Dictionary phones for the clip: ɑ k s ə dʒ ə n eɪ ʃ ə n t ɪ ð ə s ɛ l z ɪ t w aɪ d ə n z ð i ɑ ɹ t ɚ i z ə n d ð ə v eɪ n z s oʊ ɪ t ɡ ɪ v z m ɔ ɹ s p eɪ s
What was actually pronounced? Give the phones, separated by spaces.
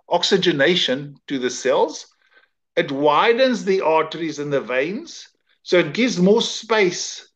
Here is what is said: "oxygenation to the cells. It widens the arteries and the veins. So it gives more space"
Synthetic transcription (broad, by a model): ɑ k s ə dʒ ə n eɪ ʃ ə n t ɪ ð ə s ɛ l z ɪ t w aɪ d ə n z ð i ɑ ɹ t ɚ i z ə n ð ə v eɪ n z s oʊ ɪ t ɡ ɪ v z m ɔ ɹ s p eɪ s